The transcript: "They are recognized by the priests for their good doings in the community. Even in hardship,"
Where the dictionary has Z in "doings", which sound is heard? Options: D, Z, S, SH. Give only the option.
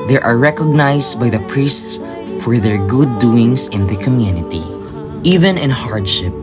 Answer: S